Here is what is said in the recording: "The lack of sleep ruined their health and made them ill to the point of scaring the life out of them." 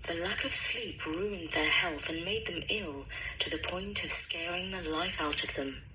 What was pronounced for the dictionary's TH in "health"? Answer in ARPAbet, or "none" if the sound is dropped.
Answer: TH